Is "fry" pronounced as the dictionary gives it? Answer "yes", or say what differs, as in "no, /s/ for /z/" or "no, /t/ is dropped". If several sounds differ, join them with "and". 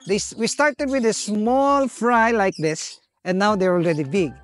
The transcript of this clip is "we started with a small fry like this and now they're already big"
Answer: yes